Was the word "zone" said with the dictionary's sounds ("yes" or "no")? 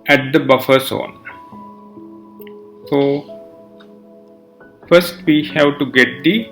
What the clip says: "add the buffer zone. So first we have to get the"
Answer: no